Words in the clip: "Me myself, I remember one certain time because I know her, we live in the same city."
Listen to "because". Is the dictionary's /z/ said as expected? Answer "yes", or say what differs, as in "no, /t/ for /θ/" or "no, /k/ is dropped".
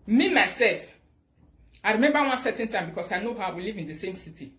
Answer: no, /s/ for /z/